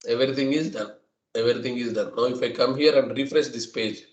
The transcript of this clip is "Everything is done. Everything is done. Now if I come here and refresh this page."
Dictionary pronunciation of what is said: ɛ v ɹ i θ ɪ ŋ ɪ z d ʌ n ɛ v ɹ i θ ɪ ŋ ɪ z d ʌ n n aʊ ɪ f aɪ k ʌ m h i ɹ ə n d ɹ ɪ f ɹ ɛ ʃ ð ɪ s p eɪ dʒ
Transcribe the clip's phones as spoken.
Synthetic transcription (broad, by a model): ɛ v ɹ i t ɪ ŋ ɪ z d ʌ n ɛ v ɹ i t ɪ ŋ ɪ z d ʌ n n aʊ ɪ f aɪ k ʌ m h i ɹ ə n d ɹ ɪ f ɹ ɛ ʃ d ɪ s p eɪ dʒ